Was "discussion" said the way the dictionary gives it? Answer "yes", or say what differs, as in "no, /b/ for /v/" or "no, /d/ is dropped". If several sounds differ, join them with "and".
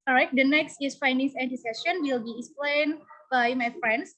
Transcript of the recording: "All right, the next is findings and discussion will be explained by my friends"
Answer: no, /k/ is dropped